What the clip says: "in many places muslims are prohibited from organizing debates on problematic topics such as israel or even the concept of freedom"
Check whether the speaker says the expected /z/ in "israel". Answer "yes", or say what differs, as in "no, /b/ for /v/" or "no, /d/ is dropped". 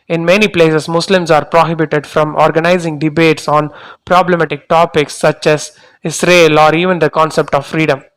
no, /s/ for /z/